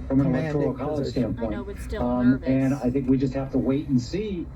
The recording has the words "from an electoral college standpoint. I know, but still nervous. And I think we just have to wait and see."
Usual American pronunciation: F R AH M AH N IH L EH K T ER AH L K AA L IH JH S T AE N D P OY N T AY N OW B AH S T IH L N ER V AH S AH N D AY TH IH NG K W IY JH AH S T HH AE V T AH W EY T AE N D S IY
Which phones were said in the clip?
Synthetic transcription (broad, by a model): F R AH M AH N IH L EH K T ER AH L K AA L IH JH S T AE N P OY N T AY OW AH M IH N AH AH TH IH NG K W IY JH AH S T HH AE F T AH W EY T N S IY